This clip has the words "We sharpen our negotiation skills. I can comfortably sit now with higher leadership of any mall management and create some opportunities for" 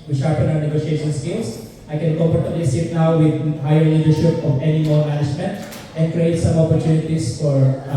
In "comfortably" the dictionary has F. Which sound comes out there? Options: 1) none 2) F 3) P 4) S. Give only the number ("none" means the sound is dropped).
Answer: 3